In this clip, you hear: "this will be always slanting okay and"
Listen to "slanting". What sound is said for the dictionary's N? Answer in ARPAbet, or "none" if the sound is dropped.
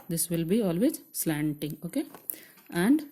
N